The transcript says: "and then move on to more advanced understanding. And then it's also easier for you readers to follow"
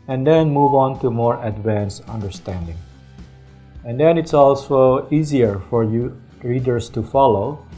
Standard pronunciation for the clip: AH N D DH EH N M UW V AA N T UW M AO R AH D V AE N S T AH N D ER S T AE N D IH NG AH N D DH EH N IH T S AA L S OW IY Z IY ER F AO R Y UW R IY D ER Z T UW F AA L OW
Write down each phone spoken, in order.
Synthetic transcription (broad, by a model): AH N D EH N M UW V AA N T UW M AO R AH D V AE N S AH N D ER S T AE N D IH NG AH N D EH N IH T S AA L S OW IY Z IY ER F AO R Y UW R IY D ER S T UW F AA L OW